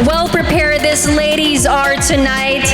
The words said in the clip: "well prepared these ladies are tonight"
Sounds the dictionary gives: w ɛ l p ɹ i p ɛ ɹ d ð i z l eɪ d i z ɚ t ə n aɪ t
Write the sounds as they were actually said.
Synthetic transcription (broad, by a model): w ɛ l p ɹ i p ɛ ɹ d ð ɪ s l eɪ d i z ɚ t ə n aɪ t